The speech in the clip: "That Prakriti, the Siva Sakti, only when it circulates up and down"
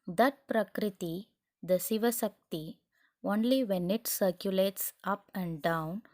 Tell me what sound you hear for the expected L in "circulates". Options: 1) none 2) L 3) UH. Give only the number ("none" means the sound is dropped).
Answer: 2